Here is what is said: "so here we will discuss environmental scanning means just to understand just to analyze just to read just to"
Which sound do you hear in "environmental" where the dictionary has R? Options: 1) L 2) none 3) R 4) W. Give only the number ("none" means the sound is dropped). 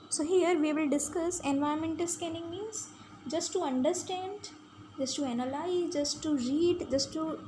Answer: 2